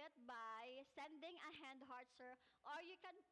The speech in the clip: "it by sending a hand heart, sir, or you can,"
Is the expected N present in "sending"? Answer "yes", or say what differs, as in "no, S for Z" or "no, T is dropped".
yes